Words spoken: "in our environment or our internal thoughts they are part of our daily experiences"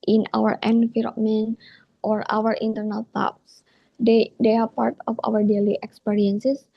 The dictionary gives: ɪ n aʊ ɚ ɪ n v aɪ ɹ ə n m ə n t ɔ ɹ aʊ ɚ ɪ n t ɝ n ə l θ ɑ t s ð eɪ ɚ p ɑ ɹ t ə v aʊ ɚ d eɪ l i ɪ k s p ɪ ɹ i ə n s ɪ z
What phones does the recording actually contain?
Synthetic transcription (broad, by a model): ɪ n aʊ ɚ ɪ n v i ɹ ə m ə n t ɔ ɹ aʊ ɚ ɪ n t ɝ n ə l t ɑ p s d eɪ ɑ p ɑ ɹ t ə f aʊ ɚ d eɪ l i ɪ k s p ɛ ɹ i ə n s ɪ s